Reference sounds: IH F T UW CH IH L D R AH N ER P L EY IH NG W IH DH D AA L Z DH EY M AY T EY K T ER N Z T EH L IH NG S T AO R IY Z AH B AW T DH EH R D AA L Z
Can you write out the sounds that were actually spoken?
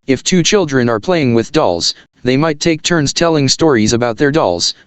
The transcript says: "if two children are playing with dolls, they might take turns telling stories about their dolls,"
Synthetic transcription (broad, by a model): IH F T UW CH IH L D R AH N ER P L EY IH NG W IH DH D AA L Z DH EY M AY T EY K T ER N Z T EH L IH NG S T AO R IY Z AH B AW T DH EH R D AA L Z